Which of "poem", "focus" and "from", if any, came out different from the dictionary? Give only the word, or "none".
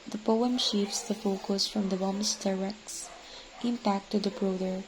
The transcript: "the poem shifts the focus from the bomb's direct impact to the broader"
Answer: none